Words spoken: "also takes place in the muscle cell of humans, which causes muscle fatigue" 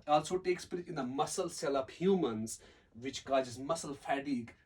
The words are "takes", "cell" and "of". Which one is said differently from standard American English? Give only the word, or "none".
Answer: of